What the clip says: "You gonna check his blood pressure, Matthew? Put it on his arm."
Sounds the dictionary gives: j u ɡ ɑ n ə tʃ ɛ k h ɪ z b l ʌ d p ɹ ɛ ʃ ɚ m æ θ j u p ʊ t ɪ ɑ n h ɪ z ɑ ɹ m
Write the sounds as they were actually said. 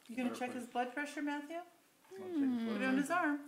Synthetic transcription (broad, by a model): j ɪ ɡ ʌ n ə tʃ ɛ k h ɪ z b l ʌ d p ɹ ɛ ʃ ɚ m æ θ j u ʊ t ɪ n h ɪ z ɑ ɹ m